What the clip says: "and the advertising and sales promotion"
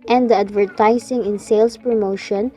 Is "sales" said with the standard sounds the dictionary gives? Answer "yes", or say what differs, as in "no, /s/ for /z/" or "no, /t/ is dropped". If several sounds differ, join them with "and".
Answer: no, /s/ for /z/